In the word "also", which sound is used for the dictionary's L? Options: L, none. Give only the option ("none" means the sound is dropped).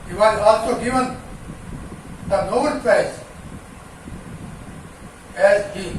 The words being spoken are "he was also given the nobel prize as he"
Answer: L